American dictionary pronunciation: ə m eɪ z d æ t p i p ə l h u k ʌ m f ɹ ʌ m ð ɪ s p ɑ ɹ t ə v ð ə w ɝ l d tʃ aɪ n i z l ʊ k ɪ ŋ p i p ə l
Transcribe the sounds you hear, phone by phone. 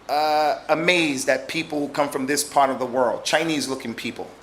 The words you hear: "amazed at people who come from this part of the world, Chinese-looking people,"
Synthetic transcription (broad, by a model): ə m eɪ z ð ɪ t p i p l k ʌ m f ɹ ʌ m ð ɪ s p ɑ ɹ t ə v ð ə w ɝ l d tʃ aɪ n i z l ʊ k ɪ ŋ p i p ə l